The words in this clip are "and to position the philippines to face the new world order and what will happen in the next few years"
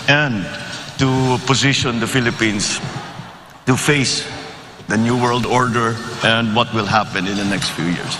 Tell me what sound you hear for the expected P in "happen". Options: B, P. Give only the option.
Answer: P